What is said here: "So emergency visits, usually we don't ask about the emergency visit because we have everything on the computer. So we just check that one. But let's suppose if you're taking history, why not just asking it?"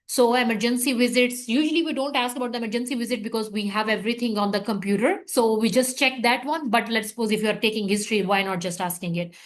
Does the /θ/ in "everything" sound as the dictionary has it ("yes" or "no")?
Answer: no